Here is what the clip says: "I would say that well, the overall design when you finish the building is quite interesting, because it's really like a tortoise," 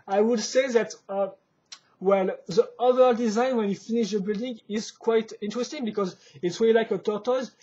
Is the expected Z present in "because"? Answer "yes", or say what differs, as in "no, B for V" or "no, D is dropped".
yes